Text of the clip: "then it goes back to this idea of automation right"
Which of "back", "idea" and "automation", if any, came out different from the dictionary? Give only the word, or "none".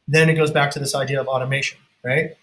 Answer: none